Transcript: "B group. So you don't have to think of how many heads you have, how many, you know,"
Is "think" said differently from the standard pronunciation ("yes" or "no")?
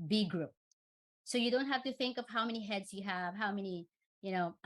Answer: no